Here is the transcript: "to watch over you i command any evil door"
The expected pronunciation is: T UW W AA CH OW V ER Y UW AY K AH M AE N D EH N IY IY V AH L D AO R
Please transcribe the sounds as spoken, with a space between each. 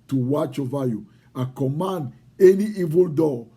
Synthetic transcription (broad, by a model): T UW W AA CH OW V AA Y UW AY K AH M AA N D EH N IY IY V AH L D AO